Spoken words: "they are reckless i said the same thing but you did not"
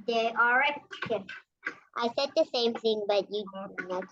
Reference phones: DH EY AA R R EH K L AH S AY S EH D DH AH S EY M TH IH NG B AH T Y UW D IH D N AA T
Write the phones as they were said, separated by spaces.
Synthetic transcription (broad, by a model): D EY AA L R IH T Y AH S AY S EH D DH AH S EY M TH IH NG B AH T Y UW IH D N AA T